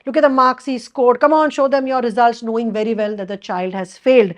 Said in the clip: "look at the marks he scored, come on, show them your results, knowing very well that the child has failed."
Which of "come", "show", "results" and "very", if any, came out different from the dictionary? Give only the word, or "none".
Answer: none